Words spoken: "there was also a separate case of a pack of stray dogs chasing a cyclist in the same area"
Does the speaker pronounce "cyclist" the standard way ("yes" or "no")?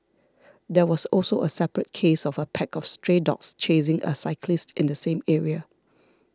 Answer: yes